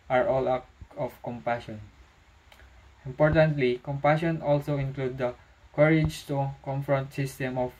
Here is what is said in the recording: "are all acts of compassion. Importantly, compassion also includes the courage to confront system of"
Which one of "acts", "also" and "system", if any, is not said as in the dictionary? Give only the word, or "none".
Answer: acts